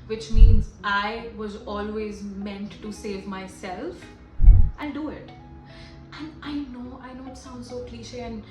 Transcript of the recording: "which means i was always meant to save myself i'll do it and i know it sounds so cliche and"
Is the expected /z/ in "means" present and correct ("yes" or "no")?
yes